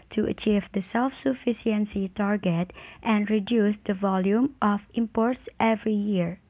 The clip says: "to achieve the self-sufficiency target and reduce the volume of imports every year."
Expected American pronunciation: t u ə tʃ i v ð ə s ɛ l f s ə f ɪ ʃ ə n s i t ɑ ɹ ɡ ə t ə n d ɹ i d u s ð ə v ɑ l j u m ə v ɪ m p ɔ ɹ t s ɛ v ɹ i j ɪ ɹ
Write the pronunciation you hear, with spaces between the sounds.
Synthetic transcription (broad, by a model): t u ə tʃ i v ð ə s ɛ l f s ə f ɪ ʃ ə n s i t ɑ ɹ ɡ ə t ə n d ɹ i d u s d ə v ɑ l j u m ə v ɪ m p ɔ ɹ t s ɛ v ɹ i j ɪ ɹ